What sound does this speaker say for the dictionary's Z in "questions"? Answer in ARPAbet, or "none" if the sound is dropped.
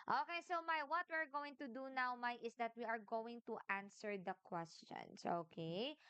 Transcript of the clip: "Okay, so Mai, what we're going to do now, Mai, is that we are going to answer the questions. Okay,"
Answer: S